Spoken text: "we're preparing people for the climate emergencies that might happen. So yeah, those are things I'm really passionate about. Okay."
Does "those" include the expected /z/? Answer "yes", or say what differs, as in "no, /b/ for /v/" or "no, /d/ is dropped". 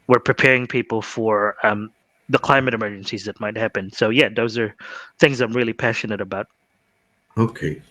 yes